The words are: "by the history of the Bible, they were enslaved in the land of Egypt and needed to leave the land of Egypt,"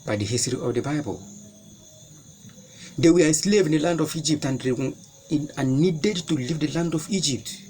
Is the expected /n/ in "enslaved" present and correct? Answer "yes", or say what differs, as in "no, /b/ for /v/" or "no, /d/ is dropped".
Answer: no, /n/ is dropped